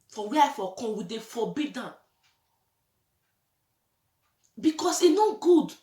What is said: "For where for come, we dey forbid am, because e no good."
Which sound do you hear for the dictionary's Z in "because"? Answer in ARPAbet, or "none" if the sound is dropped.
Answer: S